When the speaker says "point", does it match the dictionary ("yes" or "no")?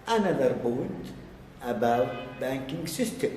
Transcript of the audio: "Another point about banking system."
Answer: no